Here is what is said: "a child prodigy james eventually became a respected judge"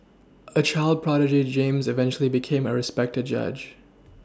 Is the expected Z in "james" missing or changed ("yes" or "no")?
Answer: no